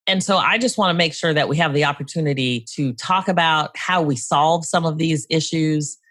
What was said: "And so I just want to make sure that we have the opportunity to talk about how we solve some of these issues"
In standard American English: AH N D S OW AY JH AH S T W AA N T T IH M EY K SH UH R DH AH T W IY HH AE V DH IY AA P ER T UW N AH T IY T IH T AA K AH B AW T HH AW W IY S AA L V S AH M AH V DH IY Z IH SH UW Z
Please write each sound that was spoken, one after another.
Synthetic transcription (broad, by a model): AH N S OW AY JH AH S T W AA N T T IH M EY K SH UH R DH AH T W IY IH V DH IY AA P ER T UW N AH T IY T IH T AA K AH B AW T HH AW W IY S AA L V S AH M AH V DH IY Z IH SH UW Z